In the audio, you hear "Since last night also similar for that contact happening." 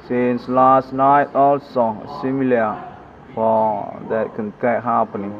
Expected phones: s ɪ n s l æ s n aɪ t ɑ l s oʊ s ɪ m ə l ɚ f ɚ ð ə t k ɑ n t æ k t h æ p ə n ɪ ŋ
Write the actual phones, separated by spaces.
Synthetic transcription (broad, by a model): s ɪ n s l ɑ s n aɪ t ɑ l s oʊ s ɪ m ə l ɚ f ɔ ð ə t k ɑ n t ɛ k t h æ p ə n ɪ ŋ